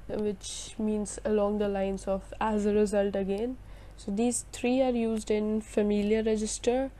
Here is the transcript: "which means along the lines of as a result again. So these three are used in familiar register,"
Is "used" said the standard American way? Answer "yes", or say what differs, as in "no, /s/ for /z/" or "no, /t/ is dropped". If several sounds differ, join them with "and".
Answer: yes